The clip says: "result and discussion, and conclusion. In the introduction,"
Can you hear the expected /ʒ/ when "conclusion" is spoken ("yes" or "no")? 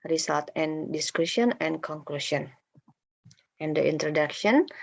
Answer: no